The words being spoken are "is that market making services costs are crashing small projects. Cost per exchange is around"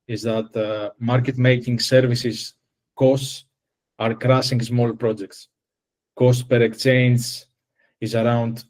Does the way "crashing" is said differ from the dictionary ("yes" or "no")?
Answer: yes